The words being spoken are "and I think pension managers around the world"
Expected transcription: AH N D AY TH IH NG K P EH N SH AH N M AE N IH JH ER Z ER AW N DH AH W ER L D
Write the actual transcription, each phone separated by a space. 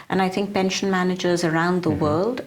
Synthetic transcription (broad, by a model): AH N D AY TH IH NG K P EH N SH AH N M AE N IH JH ER Z ER AW N DH AH W ER L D